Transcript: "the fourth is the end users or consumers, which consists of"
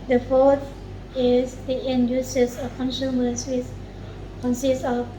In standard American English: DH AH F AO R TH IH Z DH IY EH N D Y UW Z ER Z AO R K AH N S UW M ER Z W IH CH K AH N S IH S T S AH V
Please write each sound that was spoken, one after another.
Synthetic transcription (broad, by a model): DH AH F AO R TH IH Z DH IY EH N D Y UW S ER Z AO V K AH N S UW M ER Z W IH S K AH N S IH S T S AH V